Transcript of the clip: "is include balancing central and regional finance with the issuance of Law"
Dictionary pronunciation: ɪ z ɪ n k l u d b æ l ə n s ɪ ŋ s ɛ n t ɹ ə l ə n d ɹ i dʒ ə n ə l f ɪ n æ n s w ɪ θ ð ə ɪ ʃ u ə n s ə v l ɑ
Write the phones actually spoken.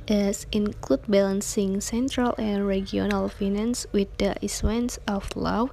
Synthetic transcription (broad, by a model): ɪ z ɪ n k l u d b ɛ l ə n s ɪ ŋ s ɛ n t ɹ ə l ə n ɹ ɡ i ə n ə l f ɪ n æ n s w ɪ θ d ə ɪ s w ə n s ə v l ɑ